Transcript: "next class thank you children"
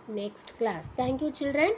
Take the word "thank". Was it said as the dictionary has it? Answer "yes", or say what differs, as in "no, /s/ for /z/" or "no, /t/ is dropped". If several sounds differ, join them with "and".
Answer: no, /t/ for /θ/